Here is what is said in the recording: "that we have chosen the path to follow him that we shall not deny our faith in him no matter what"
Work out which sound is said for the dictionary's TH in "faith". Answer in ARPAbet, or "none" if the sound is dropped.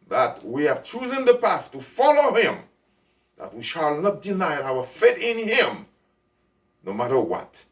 T